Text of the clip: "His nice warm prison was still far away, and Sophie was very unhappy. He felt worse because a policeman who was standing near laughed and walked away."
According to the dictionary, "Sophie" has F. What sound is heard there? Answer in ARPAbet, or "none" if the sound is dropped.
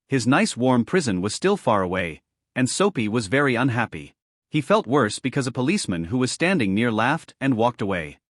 P